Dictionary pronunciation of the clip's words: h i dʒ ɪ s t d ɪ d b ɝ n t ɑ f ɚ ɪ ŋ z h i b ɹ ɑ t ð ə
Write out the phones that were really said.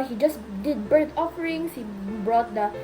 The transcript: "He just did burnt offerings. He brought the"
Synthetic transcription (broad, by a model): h i dʒ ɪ s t d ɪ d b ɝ t ɑ f ɚ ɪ ŋ s h i b ɹ ɑ t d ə